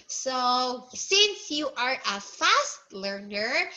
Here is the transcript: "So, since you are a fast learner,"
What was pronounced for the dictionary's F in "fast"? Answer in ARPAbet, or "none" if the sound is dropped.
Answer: F